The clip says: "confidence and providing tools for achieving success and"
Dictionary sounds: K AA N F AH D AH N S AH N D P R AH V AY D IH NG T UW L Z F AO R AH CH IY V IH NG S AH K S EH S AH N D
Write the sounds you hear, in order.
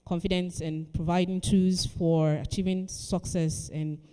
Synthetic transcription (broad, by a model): K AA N F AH D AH N S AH N P R AH V AY D IH NG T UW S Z F AO R AH CH IY V IH NG S AH K S EH S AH N